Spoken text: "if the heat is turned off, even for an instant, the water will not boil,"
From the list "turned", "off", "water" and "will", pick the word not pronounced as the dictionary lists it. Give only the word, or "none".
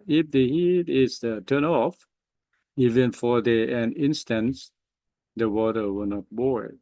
turned